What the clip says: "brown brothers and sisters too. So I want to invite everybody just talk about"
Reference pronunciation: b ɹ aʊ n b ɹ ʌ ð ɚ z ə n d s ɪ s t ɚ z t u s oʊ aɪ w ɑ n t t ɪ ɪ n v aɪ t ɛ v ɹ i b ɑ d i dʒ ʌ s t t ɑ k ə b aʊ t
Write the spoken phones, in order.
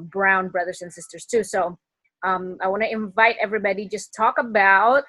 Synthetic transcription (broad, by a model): b ɹ aʊ n b ɹ ʌ ð ɚ z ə n s ɪ s t ɚ z t u s oʊ aɪ w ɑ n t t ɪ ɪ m v aɪ t ɛ v ɹ i b ɑ d i dʒ ʌ s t t ɑ k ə b aʊ t